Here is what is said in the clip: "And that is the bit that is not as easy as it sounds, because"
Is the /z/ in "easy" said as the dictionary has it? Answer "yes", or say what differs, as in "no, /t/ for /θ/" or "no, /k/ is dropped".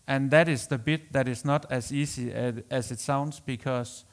no, /s/ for /z/